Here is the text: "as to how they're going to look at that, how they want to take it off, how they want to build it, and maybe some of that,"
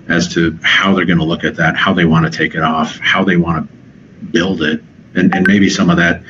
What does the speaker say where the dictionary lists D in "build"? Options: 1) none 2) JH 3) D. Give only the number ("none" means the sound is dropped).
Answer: 3